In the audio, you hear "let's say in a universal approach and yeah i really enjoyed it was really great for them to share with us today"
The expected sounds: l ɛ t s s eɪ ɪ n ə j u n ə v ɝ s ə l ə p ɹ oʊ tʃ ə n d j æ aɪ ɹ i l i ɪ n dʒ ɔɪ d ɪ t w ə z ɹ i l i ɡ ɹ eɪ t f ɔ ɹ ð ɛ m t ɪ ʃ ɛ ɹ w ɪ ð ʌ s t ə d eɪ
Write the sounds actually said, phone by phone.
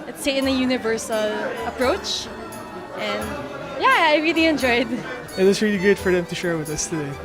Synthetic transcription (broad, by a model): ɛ t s s eɪ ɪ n ə j u n ə v ɝ s ə l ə p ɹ oʊ tʃ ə n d j æ aɪ ɹ i l i ɪ n dʒ ɔɪ d ɪ t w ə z ɹ i l i ɡ ʊ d f ɔ ɹ ð ɛ m t ɪ ʃ ɛ ɹ w ɪ ð ʌ s t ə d eɪ